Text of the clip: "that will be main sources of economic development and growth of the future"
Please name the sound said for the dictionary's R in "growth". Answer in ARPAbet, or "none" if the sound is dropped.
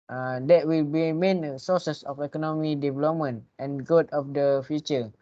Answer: none